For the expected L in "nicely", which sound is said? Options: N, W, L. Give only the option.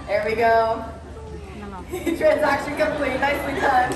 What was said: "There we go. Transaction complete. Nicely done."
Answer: W